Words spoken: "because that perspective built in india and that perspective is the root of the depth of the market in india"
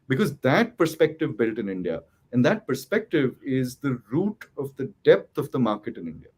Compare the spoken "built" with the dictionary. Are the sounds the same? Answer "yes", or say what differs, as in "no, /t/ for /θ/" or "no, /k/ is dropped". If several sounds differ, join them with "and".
yes